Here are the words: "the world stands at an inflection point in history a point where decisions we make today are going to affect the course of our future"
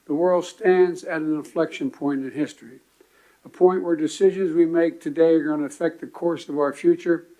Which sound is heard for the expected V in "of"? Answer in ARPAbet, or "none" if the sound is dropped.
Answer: V